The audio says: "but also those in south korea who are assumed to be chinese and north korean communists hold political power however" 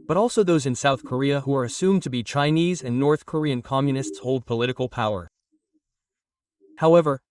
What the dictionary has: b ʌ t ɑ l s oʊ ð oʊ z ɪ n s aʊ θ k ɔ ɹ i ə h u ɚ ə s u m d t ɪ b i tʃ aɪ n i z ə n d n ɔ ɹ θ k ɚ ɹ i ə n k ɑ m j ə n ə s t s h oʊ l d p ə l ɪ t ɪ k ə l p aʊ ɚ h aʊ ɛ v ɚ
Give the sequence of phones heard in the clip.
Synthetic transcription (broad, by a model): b ʌ t ɑ l s oʊ ð oʊ z ɪ n s aʊ θ k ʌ ɹ i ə h u ɚ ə s u m t ɪ b i tʃ aɪ n i z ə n n ɔ ɹ θ k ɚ ɹ i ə n k ɑ m j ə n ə s t s h oʊ l d p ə l ɪ t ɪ k l p aʊ ɚ h aʊ ɛ v ɚ